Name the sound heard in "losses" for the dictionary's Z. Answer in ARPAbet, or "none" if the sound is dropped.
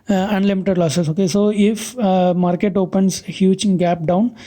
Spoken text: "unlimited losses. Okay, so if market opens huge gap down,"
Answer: S